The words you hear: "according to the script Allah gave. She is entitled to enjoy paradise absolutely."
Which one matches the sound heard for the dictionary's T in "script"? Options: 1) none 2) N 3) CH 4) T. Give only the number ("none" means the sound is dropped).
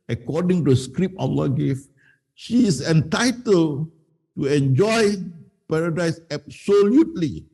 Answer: 1